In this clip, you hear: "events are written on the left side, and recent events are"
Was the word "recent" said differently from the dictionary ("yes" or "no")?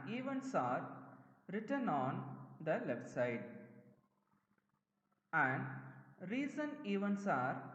yes